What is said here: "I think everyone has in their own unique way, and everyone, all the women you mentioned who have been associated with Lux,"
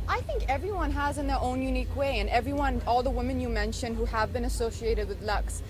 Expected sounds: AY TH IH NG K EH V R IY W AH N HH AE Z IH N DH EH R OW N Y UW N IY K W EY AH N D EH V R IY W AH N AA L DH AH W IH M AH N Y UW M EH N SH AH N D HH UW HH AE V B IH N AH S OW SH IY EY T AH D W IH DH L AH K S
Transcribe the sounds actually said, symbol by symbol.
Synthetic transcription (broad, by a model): AY TH IH NG K EH V R IY W AH N HH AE Z IH N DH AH R OW N Y UW N IY K W EY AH N EH V R IY W AH N AA L DH AH W IH M AH N Y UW M EH N SH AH N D HH UW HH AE V B IH N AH S OW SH IY EY T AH D W IH DH L AH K S